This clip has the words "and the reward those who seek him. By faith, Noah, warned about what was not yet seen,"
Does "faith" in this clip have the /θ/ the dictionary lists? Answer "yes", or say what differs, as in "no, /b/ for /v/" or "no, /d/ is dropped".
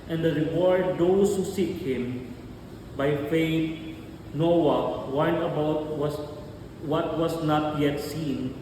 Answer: no, /t/ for /θ/